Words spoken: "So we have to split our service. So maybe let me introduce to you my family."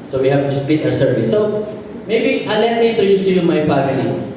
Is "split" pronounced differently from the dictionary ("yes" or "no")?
yes